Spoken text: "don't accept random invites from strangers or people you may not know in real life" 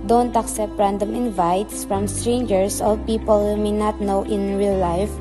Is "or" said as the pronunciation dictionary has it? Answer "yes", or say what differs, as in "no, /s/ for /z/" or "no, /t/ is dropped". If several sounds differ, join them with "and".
no, /l/ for /ɹ/